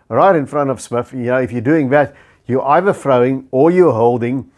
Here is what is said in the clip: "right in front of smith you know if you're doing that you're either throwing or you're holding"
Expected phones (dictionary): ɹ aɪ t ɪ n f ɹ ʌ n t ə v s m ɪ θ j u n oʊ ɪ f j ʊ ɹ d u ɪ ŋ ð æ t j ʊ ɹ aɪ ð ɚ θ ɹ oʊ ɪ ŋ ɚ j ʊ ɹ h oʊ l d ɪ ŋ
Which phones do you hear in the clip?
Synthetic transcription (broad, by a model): ɹ aɪ t ɪ n f ɹ ʌ n t ə v s m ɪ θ j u n oʊ ɪ f j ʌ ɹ d u ɪ ŋ ð æ t j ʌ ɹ aɪ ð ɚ f ɹ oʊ ɪ ŋ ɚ j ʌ h oʊ l d ɪ ŋ